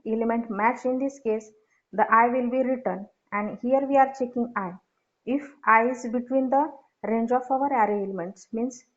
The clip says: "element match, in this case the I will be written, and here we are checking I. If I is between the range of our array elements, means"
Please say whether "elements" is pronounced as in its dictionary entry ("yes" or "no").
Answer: yes